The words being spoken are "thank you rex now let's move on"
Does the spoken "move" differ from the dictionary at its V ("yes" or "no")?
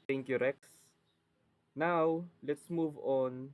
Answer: no